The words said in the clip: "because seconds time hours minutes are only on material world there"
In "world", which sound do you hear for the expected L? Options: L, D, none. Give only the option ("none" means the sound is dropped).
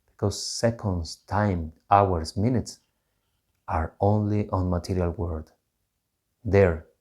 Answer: none